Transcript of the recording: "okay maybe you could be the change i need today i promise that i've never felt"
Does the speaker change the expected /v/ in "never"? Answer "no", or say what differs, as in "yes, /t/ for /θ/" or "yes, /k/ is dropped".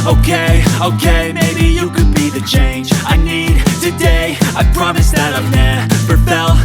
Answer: yes, /p/ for /v/